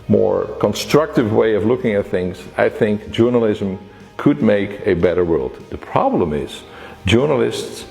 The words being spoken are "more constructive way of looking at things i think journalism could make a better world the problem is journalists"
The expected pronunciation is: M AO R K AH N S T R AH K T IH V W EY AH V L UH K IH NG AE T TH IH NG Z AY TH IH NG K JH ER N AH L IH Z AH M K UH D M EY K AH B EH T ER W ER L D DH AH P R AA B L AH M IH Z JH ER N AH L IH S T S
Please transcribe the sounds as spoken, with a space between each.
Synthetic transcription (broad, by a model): M AO R K AH N S T R AH K T IH V W EY AH V L UH K IH NG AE T TH IH NG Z AY TH IH NG K JH ER N AH L IH Z AH M K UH D M EY K AH B EH T ER W ER L D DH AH P R AA B L AH M IH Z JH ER N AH L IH S T S